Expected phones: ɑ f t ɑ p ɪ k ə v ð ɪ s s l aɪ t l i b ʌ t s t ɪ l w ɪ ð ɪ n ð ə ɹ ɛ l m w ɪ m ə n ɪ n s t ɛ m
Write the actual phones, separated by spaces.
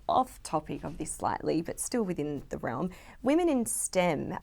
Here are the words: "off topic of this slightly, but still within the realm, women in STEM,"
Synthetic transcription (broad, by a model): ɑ f t ɑ p ɪ k ə v ð ɪ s s l aɪ t l i b ʌ t s t ɪ l w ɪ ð ɪ n ð ə ɹ ɛ l m w ɪ m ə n ɪ n s t ɛ m